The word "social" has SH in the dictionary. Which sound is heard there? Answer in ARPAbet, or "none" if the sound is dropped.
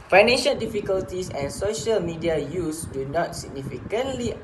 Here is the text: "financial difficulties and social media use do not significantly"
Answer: SH